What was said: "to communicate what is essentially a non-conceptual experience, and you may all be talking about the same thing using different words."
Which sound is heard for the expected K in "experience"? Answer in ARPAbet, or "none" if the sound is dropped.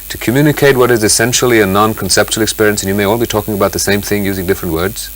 K